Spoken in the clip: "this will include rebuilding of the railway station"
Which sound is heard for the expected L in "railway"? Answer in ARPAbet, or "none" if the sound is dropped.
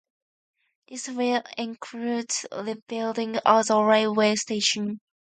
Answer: none